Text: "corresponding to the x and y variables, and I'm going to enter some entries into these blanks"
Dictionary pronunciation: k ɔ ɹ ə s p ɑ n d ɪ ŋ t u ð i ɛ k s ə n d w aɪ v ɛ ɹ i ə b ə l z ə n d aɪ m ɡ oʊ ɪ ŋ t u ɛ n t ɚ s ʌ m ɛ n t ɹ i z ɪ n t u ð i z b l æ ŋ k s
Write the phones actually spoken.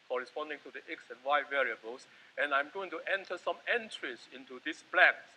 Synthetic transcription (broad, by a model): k ɔ ɹ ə s p ɑ n d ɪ ŋ t u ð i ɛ k s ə n w aɪ v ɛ ɹ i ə b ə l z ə n aɪ m ɡ oʊ ɪ ŋ t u ɛ n t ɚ s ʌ m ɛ n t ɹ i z ɪ n t u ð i s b l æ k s